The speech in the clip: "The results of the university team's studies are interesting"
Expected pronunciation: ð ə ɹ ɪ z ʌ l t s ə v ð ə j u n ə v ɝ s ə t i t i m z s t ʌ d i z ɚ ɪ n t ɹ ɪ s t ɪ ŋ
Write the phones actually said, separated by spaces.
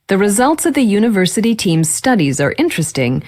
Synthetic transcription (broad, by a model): ð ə ɹ ɪ z ʌ l t s ə v ð ə j u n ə v ɝ s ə t i t i m z s t ʌ d i z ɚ ɪ n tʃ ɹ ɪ s t ɪ ŋ